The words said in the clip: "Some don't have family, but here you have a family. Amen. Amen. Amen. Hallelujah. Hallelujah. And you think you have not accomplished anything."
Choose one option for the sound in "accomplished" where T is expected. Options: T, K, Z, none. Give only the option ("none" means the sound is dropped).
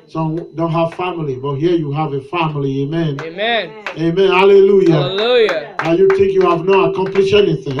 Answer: none